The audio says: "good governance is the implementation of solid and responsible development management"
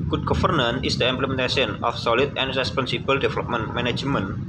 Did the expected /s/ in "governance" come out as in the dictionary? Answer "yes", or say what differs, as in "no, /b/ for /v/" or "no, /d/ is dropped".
no, /s/ is dropped